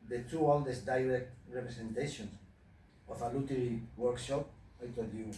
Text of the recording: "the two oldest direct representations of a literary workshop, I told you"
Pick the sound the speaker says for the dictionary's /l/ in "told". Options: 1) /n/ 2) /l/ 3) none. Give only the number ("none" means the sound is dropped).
3